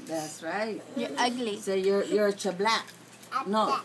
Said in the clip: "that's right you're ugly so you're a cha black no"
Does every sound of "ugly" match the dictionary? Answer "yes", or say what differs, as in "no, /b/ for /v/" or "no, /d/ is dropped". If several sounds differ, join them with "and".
yes